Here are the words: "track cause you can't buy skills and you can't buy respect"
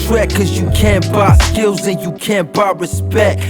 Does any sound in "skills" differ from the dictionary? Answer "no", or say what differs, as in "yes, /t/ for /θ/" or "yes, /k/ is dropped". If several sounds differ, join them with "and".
no